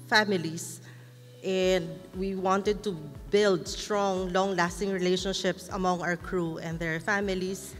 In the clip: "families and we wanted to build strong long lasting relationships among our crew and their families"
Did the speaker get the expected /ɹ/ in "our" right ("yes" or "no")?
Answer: no